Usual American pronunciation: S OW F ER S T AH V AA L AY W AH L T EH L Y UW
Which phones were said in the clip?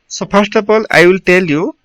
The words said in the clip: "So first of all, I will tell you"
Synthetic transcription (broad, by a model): S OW P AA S T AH P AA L AY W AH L T EH L Y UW